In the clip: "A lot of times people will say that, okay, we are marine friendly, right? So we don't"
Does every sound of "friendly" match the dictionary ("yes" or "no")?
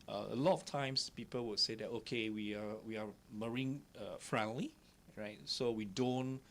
yes